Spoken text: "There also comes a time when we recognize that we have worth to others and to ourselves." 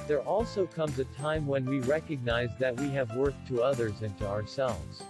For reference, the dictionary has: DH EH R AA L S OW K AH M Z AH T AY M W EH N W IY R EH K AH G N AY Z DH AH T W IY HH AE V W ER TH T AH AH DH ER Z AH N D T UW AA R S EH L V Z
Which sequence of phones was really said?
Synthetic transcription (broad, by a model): DH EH R AA L S OW K AH M Z AH T AY M W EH N W IY R EH K AH G N AY Z DH AH T W IY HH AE V W ER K T AH AH DH ER Z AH N T UW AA R S EH L V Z